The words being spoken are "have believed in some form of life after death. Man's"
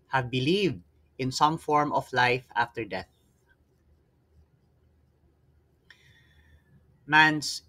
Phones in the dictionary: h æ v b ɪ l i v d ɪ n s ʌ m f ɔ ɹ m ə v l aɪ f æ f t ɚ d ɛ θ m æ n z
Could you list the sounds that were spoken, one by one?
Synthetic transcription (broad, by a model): h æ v b ɪ l i v d ɪ n s ʌ m f ɔ ɹ m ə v l aɪ f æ f t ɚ d ɛ θ m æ n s